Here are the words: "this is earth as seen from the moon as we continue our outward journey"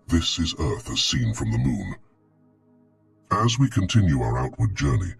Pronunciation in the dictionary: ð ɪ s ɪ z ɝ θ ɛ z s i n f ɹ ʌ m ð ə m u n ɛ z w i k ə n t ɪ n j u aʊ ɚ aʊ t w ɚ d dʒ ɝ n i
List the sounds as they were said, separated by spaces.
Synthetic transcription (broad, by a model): ð ɪ s ɪ z ɝ θ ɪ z s i n f ɹ ʌ m ð ə m u n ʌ z w i k ə n t ɪ n j u aʊ ɚ aʊ t w ɚ d dʒ ɝ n i